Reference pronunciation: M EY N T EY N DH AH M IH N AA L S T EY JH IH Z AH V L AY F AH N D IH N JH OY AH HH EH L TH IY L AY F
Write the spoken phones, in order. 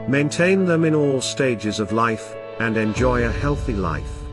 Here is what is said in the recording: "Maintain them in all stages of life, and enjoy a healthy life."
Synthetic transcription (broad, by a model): M EY N T EY N DH AH M IH N AA L S T EY JH IH Z AH V L AY F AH N IH N JH OY AH HH EH L TH IY L AY F